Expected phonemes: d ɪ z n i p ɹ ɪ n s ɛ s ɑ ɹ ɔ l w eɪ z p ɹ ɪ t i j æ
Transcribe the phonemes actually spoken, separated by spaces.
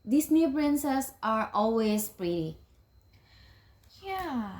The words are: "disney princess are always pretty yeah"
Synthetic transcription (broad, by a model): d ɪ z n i b ɹ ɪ n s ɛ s ɑ ɹ ɔ l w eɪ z p ɹ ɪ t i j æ